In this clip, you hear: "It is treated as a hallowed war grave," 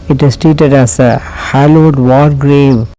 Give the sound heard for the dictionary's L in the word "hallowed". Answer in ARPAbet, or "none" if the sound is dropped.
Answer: L